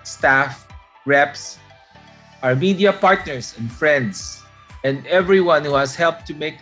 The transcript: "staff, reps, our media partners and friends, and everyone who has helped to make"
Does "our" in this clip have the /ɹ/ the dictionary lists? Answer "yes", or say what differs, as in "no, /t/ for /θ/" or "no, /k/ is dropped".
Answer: yes